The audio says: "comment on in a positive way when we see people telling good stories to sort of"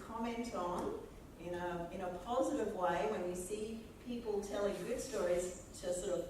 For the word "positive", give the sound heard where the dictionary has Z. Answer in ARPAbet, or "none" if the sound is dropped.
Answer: Z